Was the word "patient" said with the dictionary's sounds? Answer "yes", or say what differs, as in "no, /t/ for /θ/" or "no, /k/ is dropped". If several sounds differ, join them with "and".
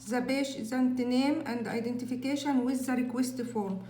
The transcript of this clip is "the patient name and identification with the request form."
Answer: no, /b/ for /p/